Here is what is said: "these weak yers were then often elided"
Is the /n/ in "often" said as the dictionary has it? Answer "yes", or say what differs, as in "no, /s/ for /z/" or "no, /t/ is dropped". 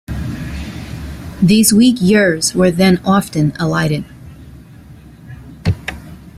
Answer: yes